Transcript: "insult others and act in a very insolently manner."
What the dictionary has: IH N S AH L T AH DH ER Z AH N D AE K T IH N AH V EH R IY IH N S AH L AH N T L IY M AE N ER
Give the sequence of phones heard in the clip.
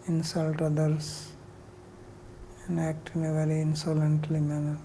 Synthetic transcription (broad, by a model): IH N S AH L T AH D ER S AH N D AE K T IH N AH V EH R IY IH N S AH L AH N T L IY M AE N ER